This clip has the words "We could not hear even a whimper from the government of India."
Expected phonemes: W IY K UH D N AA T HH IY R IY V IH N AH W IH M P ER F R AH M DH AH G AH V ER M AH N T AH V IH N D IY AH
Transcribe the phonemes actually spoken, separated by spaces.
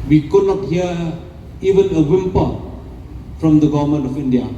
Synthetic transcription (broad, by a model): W IY K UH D N AA T HH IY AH IY V IH N AH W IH M P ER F R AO M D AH G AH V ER M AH N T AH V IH N D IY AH